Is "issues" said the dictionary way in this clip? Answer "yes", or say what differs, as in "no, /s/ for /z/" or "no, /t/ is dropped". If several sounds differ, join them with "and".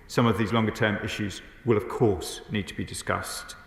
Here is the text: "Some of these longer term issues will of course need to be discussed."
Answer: yes